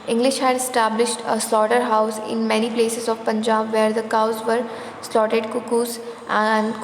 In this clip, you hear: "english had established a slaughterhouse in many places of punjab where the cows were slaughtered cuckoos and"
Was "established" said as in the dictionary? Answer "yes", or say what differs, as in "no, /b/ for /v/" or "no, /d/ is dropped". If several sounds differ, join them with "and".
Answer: yes